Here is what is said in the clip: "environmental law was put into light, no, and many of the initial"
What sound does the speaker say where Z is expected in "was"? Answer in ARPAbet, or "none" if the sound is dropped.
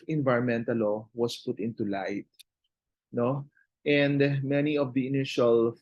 S